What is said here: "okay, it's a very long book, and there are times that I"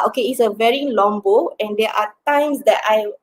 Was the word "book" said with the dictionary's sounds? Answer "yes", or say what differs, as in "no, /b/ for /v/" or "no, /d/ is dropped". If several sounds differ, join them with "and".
no, /k/ is dropped